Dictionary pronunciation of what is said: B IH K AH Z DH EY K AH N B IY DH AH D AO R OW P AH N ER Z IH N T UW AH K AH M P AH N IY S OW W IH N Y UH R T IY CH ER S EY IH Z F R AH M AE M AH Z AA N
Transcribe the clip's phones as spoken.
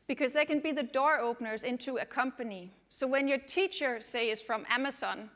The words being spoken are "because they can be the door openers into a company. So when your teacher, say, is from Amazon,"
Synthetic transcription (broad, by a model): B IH K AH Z DH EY K AH N B IY DH AH D AO R OW P AH N ER Z IH N T UW AH K AH M P AH N IY S OW W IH N Y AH R T IY CH ER S EY IH Z F R AH M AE M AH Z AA N